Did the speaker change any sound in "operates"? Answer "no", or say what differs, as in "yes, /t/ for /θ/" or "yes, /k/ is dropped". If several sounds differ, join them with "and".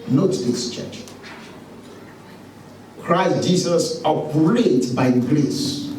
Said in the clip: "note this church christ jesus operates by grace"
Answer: yes, /s/ is dropped